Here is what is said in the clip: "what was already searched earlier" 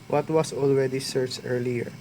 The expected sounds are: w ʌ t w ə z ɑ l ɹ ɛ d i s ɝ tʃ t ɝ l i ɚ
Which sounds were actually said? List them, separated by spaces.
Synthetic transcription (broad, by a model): w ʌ t w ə s ɑ l ɹ ɛ d i s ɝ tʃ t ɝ l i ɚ